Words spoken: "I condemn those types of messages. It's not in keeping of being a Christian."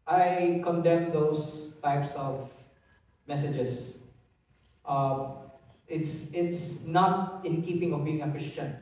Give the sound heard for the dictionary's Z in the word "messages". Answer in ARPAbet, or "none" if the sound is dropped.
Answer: S